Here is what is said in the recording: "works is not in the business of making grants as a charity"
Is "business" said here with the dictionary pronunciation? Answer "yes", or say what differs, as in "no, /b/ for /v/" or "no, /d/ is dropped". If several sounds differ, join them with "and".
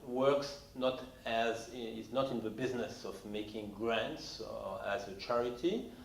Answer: yes